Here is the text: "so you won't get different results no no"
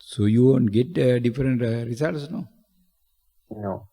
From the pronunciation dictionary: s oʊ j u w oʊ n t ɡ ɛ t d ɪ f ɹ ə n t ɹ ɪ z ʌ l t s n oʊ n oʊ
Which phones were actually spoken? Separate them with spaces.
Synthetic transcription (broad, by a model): s oʊ j u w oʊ n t ɡ ɛ t d ɪ f ɹ ə n t ɹ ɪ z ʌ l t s n oʊ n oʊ